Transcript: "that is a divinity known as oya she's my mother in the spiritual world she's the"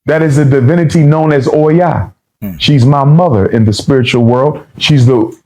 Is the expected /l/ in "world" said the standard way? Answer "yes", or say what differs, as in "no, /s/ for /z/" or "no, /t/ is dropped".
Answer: yes